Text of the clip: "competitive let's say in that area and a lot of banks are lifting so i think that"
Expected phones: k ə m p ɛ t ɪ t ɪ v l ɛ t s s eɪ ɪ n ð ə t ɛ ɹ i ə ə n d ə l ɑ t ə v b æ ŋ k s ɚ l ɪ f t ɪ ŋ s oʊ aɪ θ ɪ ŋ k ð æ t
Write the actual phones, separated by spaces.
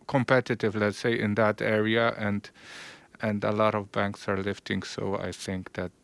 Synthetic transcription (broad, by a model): k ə m p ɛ t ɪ t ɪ v l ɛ t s s eɪ ɪ n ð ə t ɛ ɹ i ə ə n d ə l ɑ t ə v b æ ŋ k s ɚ l ɪ f t ɪ ŋ s oʊ aɪ θ ɪ ŋ k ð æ t